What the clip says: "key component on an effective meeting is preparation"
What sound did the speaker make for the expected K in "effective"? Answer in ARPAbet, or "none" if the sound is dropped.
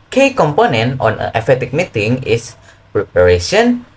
none